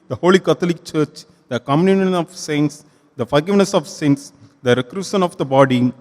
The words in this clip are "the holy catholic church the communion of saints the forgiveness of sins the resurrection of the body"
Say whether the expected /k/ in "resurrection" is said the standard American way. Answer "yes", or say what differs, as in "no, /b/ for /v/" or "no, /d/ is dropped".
no, /k/ is dropped